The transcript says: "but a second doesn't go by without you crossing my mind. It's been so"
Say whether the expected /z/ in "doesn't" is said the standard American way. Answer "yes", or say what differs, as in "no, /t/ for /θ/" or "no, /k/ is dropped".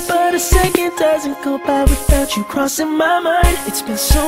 yes